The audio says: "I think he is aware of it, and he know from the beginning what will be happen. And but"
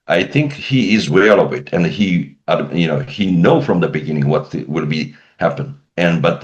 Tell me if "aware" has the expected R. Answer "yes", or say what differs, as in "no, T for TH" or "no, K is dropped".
no, L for R